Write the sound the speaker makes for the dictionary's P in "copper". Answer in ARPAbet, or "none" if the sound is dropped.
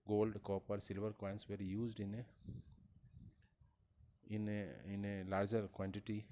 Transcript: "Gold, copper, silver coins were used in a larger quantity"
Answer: P